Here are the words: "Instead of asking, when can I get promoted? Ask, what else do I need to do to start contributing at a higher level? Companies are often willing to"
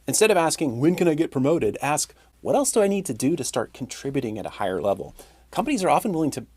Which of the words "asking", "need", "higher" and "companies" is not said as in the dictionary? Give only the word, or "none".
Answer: none